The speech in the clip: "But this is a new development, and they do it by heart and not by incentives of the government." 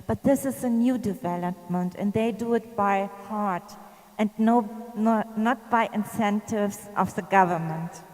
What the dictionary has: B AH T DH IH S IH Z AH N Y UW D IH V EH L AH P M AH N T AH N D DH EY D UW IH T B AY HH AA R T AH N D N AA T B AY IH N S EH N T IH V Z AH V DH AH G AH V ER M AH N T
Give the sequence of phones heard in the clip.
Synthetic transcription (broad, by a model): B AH T DH IH S IH Z AH N Y UW D IH V EH L AH P M AH N T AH N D DH EY D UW IH T B AY HH AA R T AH N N N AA T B AY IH N S EH N T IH V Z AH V DH AH G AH V ER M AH N T